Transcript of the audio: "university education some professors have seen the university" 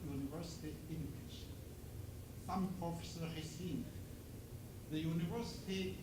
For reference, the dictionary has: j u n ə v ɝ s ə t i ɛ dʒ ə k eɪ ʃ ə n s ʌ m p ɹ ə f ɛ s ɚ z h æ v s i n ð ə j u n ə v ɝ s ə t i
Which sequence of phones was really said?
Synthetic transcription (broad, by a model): j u n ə v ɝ s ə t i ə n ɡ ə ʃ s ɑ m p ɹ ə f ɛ s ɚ h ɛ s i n ð ə j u n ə v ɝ s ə t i